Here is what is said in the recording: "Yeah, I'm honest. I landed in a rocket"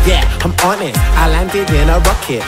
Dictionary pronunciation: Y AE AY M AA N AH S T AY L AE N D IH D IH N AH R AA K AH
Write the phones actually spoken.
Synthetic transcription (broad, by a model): Y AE AY M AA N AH T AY L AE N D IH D IH N AH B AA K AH